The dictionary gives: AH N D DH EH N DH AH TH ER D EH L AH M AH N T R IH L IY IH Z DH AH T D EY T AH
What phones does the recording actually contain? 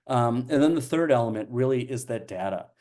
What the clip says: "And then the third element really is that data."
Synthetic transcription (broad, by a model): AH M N DH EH N DH AH TH ER D EH L AH M AH N T R IH L IY IH Z DH AH T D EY T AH